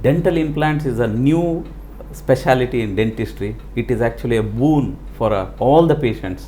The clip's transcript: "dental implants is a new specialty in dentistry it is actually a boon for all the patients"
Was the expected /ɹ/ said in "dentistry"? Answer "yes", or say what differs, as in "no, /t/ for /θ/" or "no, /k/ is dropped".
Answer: yes